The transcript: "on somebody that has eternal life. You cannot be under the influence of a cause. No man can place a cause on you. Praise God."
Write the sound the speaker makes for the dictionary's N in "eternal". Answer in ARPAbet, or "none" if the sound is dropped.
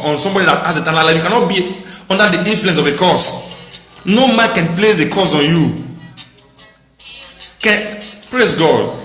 L